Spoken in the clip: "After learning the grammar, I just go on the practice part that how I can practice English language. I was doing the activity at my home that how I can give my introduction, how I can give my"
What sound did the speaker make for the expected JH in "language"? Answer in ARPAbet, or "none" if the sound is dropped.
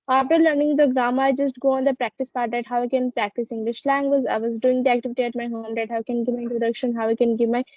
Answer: Z